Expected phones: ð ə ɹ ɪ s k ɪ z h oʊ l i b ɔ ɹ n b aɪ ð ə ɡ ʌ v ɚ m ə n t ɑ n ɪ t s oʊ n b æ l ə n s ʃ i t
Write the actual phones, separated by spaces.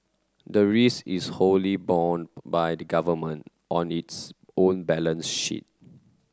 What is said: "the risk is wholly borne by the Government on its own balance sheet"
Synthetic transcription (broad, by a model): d ə ɹ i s ɪ s h oʊ l i b ɔ n b aɪ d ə ɡ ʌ v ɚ m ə n t ɑ n ɪ t s oʊ n b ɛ l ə n s ʃ i t